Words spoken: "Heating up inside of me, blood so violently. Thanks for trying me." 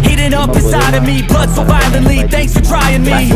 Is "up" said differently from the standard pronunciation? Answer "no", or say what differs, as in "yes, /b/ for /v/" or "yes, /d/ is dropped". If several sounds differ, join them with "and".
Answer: yes, /b/ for /p/